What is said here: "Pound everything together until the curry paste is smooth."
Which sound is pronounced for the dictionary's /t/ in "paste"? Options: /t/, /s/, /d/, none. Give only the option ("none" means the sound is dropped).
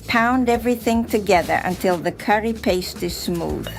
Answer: /t/